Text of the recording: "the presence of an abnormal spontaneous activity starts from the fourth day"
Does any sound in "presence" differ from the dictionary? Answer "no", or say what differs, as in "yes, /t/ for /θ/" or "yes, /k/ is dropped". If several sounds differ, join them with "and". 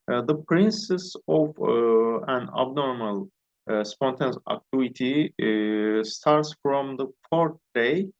yes, /s/ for /z/ and /n/ is dropped